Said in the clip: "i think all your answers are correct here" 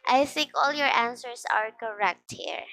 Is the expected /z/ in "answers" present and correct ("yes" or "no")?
no